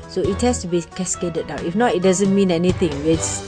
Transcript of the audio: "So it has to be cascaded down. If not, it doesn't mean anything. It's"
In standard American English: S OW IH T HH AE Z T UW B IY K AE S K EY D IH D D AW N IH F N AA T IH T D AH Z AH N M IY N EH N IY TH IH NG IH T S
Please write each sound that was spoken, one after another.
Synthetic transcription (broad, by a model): S OW IH T HH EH S T UW B IY K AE S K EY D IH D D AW IH F N AA T IH T D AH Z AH N M IY N EH N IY T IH NG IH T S